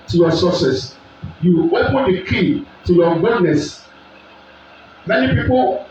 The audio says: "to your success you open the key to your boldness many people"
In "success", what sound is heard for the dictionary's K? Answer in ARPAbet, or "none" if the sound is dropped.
none